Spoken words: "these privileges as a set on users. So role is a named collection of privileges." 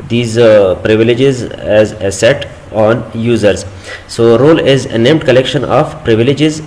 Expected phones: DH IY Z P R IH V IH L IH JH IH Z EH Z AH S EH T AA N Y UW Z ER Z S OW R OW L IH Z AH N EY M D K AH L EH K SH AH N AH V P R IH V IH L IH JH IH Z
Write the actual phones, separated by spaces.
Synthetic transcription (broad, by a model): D IY Z P R IH V IH L IH JH IH Z EH Z AH S EH T AA N Y UW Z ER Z S OW R OW L IH Z AH N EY M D K AH L EH K SH AH N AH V P R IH V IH L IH JH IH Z